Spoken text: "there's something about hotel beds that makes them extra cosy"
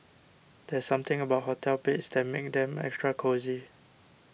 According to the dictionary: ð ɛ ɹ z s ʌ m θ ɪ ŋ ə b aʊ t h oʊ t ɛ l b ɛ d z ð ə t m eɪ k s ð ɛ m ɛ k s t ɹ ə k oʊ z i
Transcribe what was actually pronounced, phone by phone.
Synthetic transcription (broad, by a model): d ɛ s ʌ m t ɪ ŋ ə b aʊ t h oʊ t ɛ l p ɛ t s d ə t m eɪ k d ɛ m ɛ k s t ɹ ə k oʊ z i